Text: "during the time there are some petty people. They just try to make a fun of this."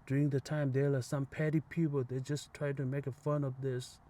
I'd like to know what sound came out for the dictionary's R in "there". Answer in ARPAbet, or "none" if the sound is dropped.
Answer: L